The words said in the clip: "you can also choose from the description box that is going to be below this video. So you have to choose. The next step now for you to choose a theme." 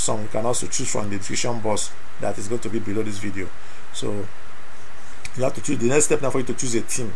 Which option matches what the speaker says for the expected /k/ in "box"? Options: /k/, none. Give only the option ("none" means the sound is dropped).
none